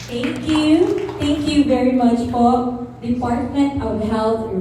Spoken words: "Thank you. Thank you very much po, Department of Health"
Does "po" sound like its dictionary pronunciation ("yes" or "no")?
no